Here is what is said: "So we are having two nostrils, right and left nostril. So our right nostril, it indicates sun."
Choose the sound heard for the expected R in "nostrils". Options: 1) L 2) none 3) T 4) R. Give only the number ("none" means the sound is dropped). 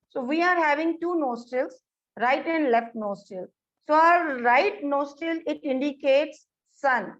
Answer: 2